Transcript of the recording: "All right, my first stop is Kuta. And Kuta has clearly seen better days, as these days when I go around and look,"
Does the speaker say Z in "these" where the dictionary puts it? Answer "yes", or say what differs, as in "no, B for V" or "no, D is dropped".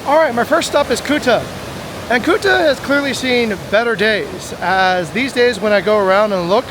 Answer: yes